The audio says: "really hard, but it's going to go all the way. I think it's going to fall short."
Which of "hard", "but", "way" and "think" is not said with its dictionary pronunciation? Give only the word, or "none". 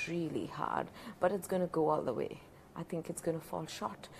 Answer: none